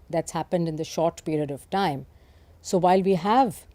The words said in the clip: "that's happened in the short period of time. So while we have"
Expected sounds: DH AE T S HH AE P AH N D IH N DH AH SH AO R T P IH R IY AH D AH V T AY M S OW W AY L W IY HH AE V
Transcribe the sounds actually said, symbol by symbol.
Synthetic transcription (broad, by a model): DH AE T S HH AE P AH N D IH N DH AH SH AO R T P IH R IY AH D AH V T AY M S OW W AY L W IY HH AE V